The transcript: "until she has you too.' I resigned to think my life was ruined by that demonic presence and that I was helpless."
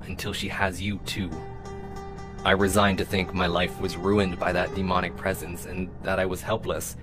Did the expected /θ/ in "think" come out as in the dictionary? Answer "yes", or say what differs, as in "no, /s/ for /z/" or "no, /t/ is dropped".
yes